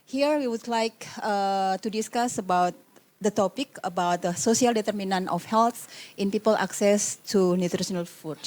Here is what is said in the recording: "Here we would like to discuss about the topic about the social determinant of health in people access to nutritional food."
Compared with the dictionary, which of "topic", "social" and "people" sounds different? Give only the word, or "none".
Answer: social